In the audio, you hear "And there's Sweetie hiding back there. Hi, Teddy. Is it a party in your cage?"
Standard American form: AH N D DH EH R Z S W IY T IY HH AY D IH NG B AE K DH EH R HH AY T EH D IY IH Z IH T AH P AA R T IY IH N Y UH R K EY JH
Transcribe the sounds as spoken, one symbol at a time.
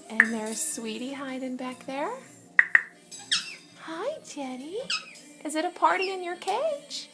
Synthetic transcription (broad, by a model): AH N DH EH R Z S W IY T IY HH AY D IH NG B AE K DH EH R HH AY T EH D IY IH Z IH T AH P AA R T IY IH N Y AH R K EY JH